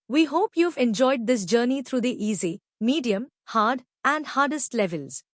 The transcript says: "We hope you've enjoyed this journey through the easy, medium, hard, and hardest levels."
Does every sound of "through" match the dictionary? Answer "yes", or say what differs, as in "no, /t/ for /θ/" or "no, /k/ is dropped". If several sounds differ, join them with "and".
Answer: no, /t/ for /θ/